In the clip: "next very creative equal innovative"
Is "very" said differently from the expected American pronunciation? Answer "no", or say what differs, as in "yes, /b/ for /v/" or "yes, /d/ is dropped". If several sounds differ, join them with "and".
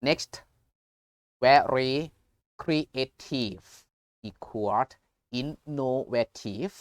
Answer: yes, /w/ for /v/